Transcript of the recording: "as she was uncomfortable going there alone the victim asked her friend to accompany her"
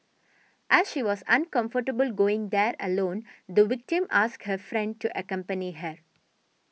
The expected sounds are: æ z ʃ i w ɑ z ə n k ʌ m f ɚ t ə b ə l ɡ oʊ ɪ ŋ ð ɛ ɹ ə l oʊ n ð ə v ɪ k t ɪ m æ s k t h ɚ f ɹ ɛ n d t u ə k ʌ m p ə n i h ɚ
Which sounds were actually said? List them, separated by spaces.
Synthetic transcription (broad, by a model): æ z ʃ i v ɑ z ə n k ʌ m f ɚ t ə b ə l ɡ oʊ ɪ ŋ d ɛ ɹ ə l oʊ n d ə v ɪ k t ɪ m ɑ s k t h ɚ f ɹ ɛ n d t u ə k ʌ m p ə n i h ɚ